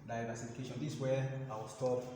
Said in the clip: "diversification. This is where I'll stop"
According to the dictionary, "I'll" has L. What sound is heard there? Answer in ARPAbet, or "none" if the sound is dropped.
W